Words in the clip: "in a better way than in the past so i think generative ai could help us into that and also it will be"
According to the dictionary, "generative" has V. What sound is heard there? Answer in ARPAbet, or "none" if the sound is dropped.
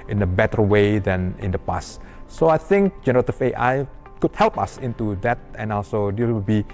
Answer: F